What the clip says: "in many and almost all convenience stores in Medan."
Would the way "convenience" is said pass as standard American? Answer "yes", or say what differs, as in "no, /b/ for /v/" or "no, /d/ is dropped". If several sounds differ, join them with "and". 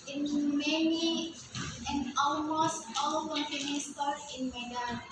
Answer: no, /p/ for /v/